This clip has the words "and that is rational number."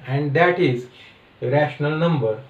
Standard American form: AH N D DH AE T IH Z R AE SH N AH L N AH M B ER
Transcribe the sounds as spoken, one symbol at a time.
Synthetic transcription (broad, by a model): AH N D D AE T IH Z R AE SH N AH L N AH M B ER